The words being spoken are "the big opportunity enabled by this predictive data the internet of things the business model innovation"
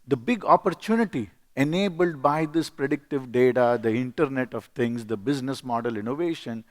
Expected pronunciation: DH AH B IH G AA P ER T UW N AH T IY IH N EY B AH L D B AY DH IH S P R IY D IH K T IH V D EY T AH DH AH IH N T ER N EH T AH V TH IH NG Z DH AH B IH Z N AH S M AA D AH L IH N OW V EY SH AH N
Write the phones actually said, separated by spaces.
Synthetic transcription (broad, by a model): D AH B IH G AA P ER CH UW N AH T IY IH N EY B AH L D B AY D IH S P R IY D IH K T IH V D EY T AH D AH IH N T ER N EH T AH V T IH NG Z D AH B IH Z N AH S M AA D AH L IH N OW V EY SH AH N